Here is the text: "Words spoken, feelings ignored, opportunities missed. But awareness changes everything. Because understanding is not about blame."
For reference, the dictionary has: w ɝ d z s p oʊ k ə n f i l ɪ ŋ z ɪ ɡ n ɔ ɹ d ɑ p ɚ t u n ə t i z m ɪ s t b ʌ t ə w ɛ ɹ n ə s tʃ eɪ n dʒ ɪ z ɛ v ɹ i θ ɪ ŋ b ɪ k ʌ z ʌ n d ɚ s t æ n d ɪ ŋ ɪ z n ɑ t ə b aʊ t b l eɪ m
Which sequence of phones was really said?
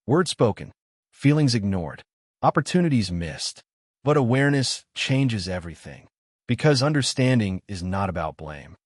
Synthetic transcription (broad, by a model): w ɝ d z s p oʊ k ə n f i l ɪ ŋ z ɪ ɡ n ɔ ɹ d ɑ p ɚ t u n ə t i z m ɪ s t b ʌ t ə w ɛ ɹ n ə s tʃ eɪ n dʒ ɪ z ɛ v ɹ i θ ɪ ŋ b ɪ k ʌ z ʌ n d ɚ s t æ n d ɪ ŋ ɪ z n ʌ t ə b aʊ t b l eɪ m